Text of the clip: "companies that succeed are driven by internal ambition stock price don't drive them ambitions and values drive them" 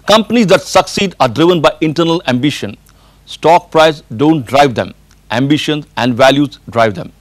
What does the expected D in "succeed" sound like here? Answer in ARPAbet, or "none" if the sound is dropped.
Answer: D